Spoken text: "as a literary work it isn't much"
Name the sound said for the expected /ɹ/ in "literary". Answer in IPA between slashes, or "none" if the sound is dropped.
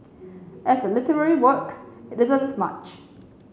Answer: /ɹ/